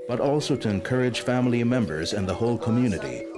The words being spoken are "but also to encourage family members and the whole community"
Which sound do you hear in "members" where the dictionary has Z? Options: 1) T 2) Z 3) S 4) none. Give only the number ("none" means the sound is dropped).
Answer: 2